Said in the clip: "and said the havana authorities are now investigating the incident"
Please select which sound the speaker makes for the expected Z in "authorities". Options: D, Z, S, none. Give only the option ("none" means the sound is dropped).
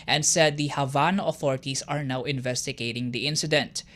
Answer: S